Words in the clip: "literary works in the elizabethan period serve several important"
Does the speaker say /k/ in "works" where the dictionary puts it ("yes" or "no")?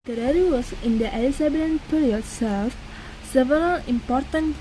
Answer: no